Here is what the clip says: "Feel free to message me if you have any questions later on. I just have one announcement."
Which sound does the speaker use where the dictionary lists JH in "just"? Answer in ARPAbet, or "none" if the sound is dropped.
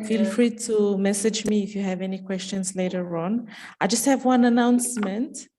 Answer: JH